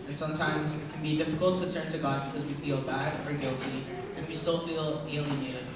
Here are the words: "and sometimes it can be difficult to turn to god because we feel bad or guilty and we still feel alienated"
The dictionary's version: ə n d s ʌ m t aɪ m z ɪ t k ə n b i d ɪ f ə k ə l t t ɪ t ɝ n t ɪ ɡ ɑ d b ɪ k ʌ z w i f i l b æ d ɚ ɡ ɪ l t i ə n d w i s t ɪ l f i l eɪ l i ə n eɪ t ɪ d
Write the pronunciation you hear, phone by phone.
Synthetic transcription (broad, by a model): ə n s ʌ m t aɪ m z ɪ t k n b i d ɪ f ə k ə l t t ɪ t ɝ n t ɪ ɡ ɑ d b ɪ k ʌ z w i f i l b æ d ɚ ɡ ɪ l t i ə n w i s t ɪ l f i l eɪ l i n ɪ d